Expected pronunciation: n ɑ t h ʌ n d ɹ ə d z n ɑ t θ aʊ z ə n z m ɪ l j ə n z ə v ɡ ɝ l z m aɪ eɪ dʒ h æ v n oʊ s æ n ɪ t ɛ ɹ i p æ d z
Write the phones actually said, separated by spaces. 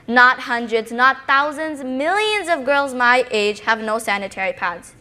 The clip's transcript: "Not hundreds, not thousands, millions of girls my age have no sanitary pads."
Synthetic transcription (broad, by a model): n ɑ t h ʌ n d ɹ ə d z n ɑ t θ aʊ z ə n z m ɪ l j ə n z ə v ɡ ɝ l z m aɪ eɪ dʒ h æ v n oʊ s æ n ɪ t ɛ ɹ i p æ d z